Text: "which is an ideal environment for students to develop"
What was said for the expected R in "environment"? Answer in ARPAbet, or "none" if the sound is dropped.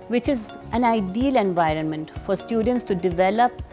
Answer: R